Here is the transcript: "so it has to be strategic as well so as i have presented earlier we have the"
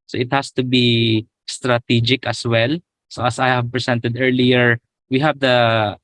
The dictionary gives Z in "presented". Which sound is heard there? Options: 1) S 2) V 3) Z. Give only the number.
1